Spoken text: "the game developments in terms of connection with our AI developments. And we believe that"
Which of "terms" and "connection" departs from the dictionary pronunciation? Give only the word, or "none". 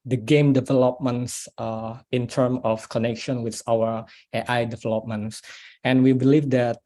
terms